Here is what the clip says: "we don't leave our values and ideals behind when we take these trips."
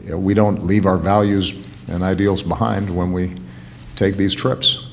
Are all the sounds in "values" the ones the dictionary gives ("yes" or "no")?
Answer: yes